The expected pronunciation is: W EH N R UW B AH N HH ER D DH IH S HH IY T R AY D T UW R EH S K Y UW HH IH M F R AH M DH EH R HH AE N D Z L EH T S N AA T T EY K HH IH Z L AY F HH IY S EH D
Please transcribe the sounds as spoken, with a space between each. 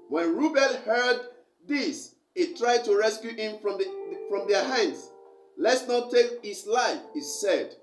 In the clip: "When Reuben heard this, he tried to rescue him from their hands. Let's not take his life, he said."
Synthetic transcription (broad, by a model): W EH N R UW B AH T HH ER D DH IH S HH IY T R AY D T UW R EH S K Y UW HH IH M F R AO M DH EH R HH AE N D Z L EH T S N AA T T EY K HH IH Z L AY F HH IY S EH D